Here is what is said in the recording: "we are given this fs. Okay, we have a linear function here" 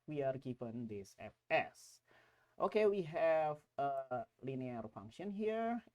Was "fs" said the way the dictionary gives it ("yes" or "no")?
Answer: no